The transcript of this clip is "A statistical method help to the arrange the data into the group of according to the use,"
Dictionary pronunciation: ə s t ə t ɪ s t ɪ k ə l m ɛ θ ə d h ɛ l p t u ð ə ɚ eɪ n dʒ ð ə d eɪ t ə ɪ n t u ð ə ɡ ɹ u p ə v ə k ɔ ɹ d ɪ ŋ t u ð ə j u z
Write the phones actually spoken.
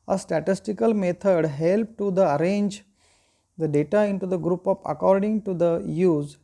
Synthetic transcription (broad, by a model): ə s t ə t ɪ s t ɪ k ə l m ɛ t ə d h ɛ l p t u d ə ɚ eɪ n dʒ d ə d eɪ t ə ɪ n t u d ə ɡ ɹ u p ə p ə k ɔ ɹ d ɪ ŋ t u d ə j u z